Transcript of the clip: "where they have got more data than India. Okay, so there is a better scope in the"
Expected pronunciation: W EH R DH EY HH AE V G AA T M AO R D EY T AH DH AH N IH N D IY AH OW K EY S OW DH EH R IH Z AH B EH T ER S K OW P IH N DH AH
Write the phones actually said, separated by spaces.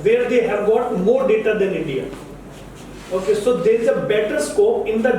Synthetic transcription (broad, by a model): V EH R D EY HH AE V G AA T M AO R D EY T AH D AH N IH N D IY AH OW K EY S OW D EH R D AH B EH T ER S K OW IH N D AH